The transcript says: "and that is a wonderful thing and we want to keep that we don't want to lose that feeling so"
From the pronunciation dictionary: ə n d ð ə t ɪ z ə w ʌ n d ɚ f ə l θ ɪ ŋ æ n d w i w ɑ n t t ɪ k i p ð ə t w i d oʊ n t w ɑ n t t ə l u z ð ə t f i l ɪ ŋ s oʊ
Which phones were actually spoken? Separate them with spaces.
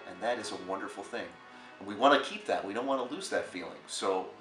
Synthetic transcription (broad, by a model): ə n ð ə t ɪ z ə w ʌ n d ɚ f l θ ɪ ŋ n w i w ɑ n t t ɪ k i p ð ə t w i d oʊ n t w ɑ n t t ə l u z ð ə t f i l ɪ ŋ s oʊ